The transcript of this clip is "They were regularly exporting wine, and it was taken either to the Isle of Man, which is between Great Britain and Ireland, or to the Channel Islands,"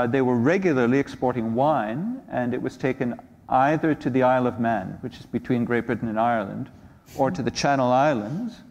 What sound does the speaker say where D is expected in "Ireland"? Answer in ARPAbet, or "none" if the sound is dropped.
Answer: D